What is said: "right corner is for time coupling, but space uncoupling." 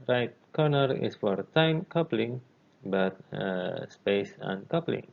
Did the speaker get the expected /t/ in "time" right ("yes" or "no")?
yes